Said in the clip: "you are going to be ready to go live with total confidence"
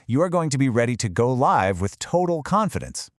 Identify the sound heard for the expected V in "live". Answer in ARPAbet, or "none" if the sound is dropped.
V